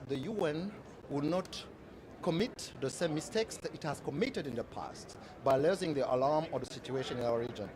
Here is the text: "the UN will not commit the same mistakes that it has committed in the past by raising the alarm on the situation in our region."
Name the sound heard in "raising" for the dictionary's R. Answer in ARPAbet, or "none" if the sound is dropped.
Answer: L